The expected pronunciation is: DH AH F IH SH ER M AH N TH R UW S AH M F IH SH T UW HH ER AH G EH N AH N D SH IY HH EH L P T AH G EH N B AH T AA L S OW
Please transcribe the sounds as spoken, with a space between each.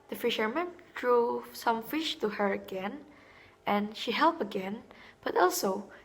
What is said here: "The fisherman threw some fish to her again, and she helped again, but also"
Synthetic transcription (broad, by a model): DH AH F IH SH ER M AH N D R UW S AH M F IH SH T UW HH ER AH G EH N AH N SH IY HH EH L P AH G EH N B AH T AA L S OW